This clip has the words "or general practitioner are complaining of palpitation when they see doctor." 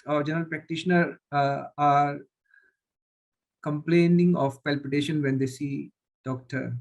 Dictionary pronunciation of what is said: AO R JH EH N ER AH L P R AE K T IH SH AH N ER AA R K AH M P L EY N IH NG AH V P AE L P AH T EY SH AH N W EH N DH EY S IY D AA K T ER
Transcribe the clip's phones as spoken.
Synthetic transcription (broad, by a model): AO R JH EH N ER AH L P R AE K T IH SH AH N ER AA R K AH M P L EY N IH NG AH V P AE L P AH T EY SH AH N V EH N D EY S IY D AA K T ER